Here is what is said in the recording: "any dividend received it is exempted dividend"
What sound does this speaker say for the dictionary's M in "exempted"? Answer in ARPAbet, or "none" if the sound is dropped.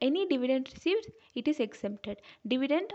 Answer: none